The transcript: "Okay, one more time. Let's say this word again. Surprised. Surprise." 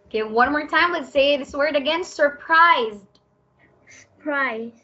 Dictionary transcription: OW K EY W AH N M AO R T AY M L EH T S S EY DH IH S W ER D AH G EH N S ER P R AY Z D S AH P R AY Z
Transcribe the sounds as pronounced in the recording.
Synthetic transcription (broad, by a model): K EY W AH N M AO R T AY M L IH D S S EY DH IH S W ER D AH G EH N S ER P R AY Z D S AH P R AY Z